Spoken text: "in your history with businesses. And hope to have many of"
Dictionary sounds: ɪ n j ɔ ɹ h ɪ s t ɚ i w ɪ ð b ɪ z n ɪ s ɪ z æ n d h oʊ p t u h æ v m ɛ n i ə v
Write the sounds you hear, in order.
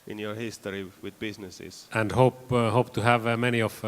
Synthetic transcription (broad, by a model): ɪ n j ɔ ɹ h ɪ s t ɚ i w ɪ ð b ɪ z n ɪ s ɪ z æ n d h oʊ p t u h æ v m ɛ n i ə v